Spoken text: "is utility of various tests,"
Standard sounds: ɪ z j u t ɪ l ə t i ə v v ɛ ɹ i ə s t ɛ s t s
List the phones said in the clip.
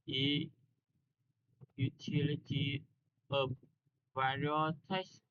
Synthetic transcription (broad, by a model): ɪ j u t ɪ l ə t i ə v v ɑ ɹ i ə t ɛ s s